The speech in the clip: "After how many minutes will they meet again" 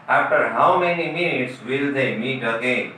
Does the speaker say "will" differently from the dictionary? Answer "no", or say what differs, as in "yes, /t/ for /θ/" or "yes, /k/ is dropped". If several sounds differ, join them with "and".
no